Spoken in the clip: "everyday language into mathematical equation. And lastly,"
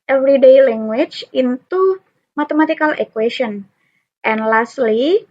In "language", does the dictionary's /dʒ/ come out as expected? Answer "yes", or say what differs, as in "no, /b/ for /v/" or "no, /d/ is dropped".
no, /tʃ/ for /dʒ/